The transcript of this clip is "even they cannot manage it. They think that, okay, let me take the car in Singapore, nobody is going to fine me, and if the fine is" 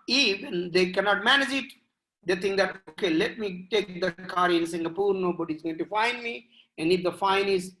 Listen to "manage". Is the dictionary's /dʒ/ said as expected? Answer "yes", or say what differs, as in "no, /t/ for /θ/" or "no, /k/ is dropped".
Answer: yes